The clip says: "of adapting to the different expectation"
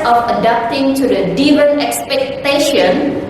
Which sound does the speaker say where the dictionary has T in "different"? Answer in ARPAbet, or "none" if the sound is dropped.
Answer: none